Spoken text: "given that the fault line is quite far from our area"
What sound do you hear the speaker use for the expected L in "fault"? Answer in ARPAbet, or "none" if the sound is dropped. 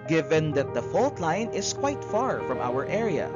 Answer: L